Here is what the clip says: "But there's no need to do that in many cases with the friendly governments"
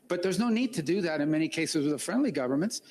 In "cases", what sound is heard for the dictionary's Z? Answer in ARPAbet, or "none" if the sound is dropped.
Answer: Z